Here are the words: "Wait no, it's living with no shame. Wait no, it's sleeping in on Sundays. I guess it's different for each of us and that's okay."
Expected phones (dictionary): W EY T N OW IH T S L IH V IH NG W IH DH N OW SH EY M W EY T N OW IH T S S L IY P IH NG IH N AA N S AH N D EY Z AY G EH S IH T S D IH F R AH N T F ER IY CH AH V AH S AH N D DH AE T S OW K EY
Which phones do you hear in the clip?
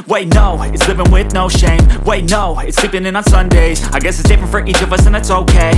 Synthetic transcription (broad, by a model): W EY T N OW IH T S L IH V IH NG W IH DH N OW SH EY M W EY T N OW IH T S S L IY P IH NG IH N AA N S AH N D EY Z AY G EH S IH T S D IH F R AH N T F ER IY CH AH V AH S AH N DH AE T S OW K EY